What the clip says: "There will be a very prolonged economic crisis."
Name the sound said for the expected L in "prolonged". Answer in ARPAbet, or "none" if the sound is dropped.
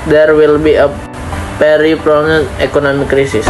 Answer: N